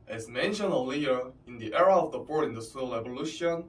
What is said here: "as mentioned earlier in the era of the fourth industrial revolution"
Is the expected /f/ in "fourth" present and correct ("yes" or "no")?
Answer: no